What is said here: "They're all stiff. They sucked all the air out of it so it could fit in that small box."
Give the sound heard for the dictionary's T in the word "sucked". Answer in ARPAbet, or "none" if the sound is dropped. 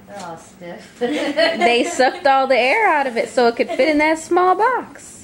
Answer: T